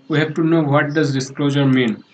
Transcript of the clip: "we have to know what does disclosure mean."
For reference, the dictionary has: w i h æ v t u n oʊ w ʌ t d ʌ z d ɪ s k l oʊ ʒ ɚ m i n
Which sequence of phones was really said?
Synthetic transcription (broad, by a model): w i h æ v t u n oʊ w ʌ t d ʌ z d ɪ s k l oʊ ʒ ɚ m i n